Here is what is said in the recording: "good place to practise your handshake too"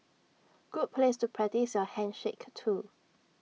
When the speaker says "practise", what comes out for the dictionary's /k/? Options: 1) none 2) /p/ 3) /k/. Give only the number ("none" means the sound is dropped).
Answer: 1